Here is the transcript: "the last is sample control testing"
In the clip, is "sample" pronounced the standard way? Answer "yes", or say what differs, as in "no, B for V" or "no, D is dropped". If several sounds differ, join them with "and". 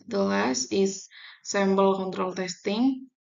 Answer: no, B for P